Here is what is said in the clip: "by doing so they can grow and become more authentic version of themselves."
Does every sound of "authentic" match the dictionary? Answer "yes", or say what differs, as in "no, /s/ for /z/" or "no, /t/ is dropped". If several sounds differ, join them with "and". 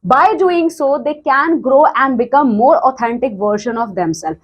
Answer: no, /t/ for /θ/